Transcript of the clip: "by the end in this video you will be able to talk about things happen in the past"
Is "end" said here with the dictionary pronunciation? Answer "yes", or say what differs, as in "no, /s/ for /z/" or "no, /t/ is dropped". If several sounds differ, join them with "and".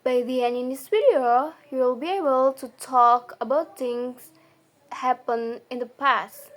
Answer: no, /d/ is dropped